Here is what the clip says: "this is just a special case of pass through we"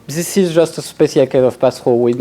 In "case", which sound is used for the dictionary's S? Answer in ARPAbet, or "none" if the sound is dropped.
none